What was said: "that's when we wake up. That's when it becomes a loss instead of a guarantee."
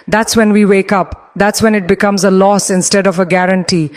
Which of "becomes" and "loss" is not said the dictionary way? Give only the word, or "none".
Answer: none